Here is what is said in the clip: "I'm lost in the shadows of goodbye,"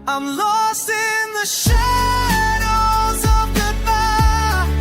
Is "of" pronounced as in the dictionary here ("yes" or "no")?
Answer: yes